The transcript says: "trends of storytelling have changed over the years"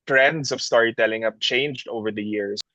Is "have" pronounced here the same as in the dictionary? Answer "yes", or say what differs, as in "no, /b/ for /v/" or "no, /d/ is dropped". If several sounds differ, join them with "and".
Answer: no, /p/ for /v/